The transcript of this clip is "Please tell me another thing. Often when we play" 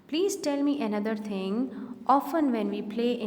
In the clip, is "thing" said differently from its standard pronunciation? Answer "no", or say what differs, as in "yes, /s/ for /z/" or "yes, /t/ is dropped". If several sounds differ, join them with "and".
yes, /t/ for /θ/